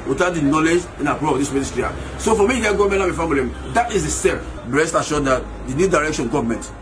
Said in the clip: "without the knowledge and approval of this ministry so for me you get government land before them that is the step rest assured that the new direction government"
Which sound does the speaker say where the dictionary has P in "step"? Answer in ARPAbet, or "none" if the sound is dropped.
B